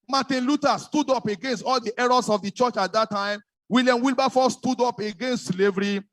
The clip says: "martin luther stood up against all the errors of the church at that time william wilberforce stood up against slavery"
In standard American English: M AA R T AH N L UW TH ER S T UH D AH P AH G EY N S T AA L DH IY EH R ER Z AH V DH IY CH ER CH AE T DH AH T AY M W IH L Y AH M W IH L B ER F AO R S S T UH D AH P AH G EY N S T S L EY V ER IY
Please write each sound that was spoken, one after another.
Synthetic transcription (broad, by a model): M AA T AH N L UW T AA S T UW D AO P AH G EY N S T AA L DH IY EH R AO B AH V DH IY CH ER CH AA T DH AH T AY M W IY L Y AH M W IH L B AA F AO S S T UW D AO P AH G EY N S T S L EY V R IY